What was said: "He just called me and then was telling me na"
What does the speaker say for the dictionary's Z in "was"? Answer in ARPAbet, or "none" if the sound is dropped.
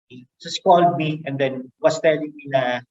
S